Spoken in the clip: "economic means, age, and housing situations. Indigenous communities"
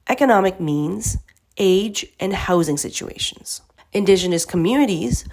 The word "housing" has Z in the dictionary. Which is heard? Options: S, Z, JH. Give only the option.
Z